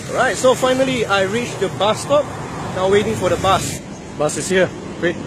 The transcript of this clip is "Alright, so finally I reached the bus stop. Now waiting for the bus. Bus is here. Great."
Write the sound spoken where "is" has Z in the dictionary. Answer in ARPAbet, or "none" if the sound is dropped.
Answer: S